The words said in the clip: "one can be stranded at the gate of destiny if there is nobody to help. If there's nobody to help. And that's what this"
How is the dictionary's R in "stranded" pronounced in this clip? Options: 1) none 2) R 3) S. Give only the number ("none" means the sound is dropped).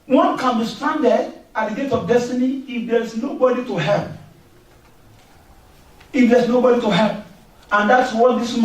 1